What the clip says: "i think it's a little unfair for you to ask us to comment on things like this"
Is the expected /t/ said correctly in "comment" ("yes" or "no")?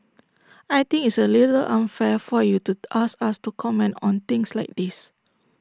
yes